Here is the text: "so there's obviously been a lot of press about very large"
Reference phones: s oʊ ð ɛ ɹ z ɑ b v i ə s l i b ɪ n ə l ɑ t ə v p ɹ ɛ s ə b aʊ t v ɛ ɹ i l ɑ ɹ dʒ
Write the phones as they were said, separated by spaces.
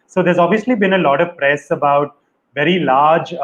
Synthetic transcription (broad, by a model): s oʊ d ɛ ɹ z ɑ b v i ə s l i b ɪ n ə l ɑ t ə v p ɹ ɛ s ə b aʊ t v ɛ ɹ i l ɑ ɹ dʒ